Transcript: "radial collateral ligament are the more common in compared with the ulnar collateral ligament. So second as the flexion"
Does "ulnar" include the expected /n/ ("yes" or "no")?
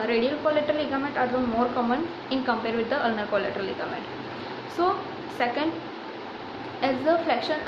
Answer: yes